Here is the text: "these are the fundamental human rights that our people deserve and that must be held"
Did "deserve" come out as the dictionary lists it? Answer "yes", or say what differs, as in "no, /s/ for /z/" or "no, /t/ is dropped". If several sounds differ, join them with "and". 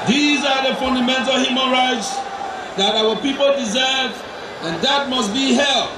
yes